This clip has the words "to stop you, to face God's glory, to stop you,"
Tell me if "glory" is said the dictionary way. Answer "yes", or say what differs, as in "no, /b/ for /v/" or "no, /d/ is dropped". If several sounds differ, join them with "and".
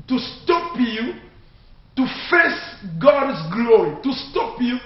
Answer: yes